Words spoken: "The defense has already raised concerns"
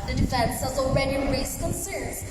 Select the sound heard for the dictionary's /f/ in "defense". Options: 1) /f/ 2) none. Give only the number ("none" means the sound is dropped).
1